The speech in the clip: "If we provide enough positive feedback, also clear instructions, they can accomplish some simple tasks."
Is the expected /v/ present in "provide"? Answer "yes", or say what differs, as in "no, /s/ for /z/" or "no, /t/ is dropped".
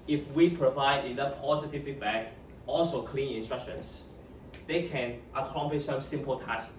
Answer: yes